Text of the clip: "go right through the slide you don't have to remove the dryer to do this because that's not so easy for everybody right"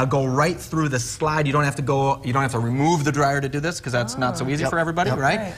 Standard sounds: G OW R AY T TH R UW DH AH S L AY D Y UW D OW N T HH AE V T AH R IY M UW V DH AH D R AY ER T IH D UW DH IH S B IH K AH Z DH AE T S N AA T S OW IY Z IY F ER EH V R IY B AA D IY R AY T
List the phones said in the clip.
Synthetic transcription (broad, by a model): G OW R AY T TH R UW DH AH S L AY D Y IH D OW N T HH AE F T AH R IY M UW V DH AH D R AY ER T IH D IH DH IH S K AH Z DH AE T S N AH T S OW IY Z IY F ER EH V R IY B AA D IY R AY T